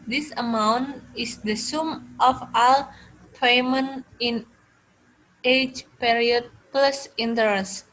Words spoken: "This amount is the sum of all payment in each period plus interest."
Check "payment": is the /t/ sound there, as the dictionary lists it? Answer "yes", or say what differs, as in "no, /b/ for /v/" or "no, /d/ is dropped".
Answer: no, /t/ is dropped